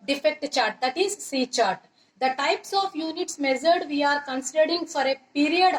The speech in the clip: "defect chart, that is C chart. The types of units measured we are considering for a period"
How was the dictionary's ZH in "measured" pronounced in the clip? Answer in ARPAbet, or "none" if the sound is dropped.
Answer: Z